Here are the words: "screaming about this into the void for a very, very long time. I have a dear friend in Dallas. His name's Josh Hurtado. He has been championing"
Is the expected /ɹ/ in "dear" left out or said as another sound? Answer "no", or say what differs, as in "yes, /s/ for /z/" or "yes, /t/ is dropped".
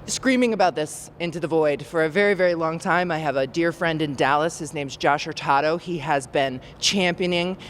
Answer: no